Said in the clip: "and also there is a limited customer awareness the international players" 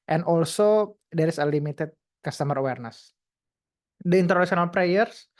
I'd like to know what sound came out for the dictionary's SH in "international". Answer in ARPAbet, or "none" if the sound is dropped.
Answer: S